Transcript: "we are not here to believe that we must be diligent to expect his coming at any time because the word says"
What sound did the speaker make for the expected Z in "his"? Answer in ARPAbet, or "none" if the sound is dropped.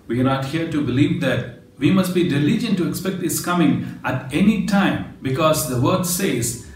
S